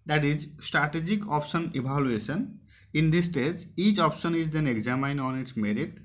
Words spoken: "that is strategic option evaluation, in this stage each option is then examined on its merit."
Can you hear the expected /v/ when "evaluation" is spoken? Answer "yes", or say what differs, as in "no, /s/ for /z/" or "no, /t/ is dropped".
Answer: no, /b/ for /v/